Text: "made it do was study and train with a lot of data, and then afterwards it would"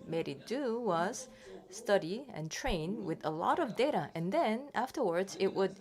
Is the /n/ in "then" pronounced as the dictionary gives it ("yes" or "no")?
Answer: yes